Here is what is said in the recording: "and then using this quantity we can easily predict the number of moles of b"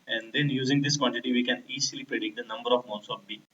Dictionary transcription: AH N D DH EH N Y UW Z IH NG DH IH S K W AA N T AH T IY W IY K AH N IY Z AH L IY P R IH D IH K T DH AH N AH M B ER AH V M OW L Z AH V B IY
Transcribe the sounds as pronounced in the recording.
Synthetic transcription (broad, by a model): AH N D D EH N Y UW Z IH NG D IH S K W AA N T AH T IY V IY K AH N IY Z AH L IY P IH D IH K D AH N AH M B ER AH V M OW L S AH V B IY